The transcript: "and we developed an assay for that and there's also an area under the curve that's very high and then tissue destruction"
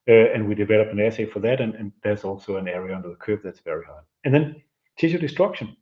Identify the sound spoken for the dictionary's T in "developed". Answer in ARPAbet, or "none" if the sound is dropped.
none